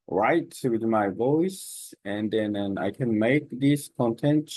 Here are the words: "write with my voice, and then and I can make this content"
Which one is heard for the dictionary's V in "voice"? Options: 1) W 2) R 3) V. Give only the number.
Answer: 3